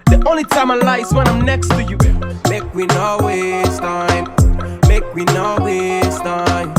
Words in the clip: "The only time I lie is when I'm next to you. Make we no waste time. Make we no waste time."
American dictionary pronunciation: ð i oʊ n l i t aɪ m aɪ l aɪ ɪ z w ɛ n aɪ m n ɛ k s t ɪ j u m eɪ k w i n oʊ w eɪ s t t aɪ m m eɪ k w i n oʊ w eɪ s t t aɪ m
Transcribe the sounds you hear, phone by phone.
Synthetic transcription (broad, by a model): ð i oʊ n l i t aɪ m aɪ l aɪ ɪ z w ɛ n aɪ m n ɛ k s t ɪ j u m eɪ k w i n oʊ w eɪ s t t aɪ m m eɪ k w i n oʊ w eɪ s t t aɪ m